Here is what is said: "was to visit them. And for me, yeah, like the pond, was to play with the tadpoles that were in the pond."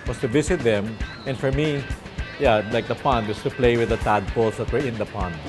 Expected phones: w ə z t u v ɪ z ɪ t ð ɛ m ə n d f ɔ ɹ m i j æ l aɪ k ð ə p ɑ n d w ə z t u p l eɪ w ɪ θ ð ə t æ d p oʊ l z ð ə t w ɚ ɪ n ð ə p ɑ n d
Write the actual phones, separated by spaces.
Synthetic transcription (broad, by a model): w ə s t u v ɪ s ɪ t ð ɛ m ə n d f ɔ ɹ m i j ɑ l aɪ k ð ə p ɑ n d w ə s t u p l eɪ w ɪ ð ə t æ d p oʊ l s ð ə t w ɚ ɪ n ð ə p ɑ n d